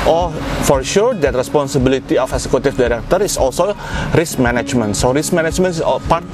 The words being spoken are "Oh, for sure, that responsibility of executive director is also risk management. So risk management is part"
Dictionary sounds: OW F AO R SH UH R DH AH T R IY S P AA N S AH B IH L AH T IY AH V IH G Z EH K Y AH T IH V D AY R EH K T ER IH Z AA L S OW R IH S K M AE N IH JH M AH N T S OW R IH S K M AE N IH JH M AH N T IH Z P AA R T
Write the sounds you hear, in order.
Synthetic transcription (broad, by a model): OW F AO R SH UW R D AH T R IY S P AA N S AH B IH L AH T IY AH F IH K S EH K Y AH T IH F D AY R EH K T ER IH S AA L S OW R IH S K M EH N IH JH M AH N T S OW R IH S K M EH N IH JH M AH N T P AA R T